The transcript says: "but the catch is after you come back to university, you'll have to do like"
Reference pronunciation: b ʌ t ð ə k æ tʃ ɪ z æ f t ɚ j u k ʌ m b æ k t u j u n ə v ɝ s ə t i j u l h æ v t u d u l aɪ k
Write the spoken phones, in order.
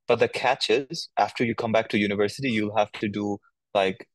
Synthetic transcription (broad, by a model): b ʌ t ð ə k æ tʃ ɪ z æ f t ɚ j u k ʌ m b æ k t u j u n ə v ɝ s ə t i j u l h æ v t u d u l aɪ k